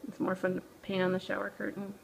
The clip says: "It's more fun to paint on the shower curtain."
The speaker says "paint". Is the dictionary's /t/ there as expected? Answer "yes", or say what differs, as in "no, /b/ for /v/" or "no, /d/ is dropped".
no, /t/ is dropped